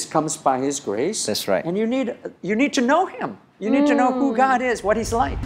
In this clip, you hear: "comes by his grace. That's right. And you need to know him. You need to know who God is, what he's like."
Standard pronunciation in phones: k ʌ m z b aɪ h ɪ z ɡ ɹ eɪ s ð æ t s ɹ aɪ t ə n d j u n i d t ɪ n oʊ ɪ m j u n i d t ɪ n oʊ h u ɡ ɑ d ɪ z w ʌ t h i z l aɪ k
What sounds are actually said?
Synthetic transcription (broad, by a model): k ʌ m z b aɪ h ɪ z ɡ ɹ eɪ s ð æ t s ɹ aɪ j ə n d j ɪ n i d t ɪ n oʊ ɪ m j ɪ n i d t ɪ n oʊ h u ɡ ɑ d ɪ z w ʌ t h i z l aɪ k